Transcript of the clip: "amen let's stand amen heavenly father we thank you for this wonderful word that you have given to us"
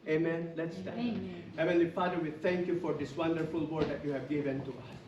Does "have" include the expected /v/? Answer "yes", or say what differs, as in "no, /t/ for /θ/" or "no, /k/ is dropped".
yes